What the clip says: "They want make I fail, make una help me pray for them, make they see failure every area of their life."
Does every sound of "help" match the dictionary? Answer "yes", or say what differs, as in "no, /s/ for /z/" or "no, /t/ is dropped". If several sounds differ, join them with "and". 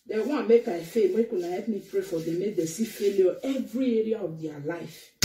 no, /l/ is dropped